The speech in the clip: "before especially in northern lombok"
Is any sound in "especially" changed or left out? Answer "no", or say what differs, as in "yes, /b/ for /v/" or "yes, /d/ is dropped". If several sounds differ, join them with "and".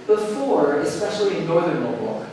no